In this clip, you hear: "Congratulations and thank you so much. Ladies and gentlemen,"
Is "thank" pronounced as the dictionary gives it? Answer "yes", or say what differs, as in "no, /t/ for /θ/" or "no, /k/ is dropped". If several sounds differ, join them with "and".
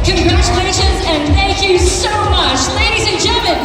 yes